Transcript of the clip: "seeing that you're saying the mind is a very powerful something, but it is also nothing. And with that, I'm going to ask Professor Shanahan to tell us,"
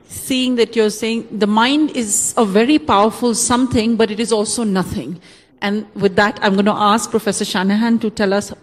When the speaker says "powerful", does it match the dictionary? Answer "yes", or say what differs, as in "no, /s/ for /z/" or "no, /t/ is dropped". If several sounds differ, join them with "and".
yes